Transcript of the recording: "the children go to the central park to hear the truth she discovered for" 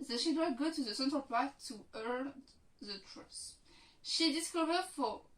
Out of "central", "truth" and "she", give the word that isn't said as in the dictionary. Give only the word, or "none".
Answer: truth